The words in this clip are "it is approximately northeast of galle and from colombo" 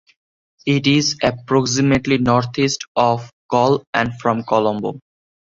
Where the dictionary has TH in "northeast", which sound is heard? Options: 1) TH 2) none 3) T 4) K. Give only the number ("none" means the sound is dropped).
3